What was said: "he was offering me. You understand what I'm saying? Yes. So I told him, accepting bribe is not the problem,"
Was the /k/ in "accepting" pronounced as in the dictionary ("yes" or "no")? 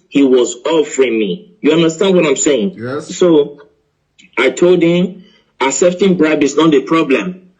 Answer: no